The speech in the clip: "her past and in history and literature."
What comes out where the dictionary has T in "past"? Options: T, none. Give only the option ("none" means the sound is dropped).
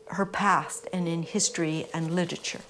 T